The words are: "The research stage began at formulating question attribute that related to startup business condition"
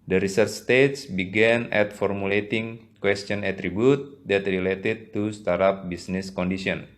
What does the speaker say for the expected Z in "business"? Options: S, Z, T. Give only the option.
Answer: S